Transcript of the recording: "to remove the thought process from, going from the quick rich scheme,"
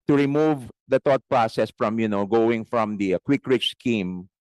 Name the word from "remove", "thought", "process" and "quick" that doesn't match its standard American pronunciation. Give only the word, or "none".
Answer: thought